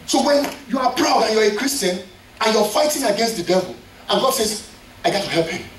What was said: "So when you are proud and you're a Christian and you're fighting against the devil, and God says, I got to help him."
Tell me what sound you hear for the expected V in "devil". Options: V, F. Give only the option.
V